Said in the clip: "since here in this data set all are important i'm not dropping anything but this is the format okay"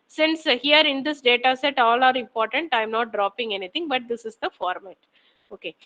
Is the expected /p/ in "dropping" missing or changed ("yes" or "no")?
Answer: no